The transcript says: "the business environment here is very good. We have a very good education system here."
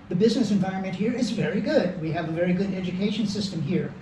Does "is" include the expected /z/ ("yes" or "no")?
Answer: yes